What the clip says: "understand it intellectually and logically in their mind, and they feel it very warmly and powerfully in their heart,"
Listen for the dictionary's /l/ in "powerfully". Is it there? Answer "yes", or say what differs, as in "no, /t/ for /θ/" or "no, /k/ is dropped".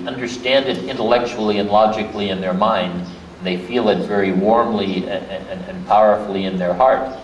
yes